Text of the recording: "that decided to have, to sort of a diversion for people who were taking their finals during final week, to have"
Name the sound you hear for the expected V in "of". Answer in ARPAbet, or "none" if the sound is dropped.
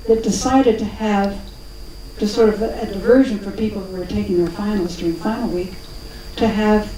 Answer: V